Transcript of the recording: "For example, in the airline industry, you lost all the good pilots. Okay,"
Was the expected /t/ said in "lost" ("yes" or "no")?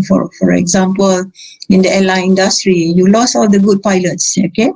no